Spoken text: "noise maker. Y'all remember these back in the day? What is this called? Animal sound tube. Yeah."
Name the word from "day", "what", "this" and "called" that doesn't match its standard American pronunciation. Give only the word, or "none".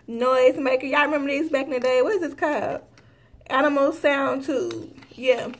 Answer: called